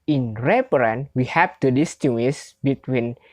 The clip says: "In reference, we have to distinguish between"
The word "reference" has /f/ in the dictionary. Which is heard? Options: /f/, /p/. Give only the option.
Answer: /p/